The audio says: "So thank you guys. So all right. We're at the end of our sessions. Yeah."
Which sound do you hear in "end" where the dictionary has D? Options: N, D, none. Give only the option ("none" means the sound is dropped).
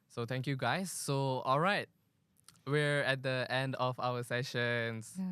D